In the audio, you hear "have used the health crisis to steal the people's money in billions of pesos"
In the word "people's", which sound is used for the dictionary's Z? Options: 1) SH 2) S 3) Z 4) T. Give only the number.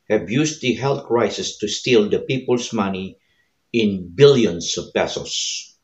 2